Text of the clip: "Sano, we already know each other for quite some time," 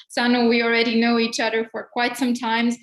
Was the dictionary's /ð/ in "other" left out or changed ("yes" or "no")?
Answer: no